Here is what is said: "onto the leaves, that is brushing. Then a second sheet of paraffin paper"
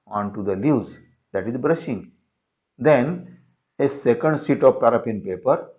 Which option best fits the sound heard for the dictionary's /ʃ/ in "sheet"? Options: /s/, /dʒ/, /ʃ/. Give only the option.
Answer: /s/